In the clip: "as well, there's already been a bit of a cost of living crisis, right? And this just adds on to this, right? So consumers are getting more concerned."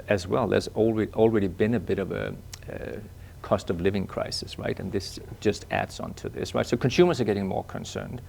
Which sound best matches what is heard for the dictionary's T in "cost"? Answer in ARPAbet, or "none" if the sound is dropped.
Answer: T